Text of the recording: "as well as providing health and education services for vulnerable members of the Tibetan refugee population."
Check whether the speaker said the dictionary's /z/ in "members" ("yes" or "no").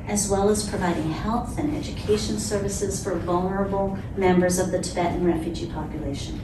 yes